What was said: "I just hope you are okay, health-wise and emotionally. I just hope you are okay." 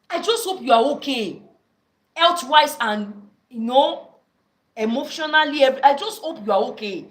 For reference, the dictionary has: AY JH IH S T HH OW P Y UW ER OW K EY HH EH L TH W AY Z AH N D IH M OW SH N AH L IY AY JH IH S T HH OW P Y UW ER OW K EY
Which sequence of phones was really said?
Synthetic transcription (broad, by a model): AY JH IH S T HH OW P Y UW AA OW K EY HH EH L T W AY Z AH N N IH M OW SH N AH L IY AY JH IH S T HH OW P Y UW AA OW K EY